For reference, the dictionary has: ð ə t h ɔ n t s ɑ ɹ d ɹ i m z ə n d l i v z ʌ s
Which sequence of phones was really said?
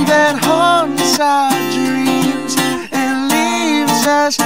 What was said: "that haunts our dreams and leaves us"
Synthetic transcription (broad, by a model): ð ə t h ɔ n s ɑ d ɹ ɹ i m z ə n l i v z ʌ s